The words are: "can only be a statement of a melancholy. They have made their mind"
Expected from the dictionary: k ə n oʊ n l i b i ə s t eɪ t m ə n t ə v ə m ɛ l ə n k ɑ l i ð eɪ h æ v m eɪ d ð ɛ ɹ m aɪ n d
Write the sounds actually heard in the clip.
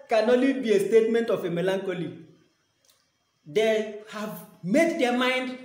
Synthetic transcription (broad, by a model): k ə n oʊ l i b i ə s t eɪ t m ə n t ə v ə m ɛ l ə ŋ k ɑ l i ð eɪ h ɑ v m eɪ d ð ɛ m aɪ n d